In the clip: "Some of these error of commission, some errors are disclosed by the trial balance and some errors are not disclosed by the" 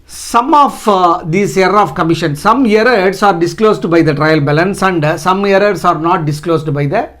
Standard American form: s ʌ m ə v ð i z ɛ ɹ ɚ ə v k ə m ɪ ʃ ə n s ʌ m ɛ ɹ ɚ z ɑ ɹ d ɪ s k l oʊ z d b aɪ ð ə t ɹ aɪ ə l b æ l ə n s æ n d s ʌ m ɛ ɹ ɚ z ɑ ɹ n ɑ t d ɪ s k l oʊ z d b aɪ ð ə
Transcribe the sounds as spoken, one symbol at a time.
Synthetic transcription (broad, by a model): s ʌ m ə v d i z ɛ ɚ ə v k ə m ɪ ʃ ə n s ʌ m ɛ ɹ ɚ s ɑ ɹ d ɪ s k l oʊ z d b aɪ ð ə t ɹ aɪ ə l b æ l ə n s æ n d s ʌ m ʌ ɹ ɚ s ɑ ɹ n ɑ t d ɪ s k l oʊ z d b aɪ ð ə